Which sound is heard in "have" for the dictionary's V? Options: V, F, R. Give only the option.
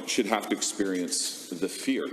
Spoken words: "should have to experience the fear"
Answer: F